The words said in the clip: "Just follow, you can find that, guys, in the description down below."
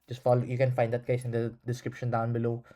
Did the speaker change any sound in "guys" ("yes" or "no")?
yes